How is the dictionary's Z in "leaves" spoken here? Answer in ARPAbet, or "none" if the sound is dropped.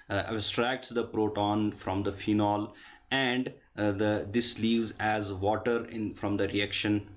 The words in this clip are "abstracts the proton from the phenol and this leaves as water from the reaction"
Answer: Z